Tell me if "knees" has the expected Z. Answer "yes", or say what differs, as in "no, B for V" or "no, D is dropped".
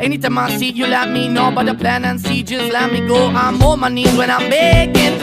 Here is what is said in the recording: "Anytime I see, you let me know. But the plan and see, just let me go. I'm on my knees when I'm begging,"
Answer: no, Z is dropped